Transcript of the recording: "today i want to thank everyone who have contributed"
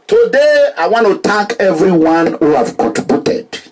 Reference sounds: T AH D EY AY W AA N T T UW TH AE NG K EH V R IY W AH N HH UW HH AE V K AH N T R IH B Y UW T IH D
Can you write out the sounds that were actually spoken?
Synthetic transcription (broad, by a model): T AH D EY AY W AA N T T UW T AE K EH V R IY W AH N HH UW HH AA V K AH N T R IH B Y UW T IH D